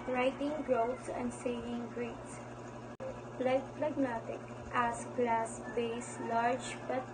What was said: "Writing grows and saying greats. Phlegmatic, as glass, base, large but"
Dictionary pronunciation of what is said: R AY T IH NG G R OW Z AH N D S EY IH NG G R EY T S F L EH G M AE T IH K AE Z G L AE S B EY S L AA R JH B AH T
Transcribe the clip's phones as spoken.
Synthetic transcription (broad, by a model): R AY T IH NG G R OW S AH N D S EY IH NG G R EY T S P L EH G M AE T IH K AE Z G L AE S B EY S L AA R JH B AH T